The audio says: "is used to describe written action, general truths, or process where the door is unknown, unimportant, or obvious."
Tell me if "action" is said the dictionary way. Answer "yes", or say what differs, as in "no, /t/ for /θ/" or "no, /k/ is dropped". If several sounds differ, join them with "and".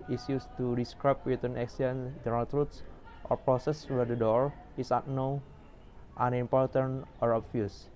no, /s/ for /ʃ/